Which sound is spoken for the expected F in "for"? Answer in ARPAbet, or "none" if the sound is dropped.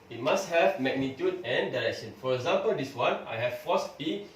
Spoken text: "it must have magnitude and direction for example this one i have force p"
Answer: F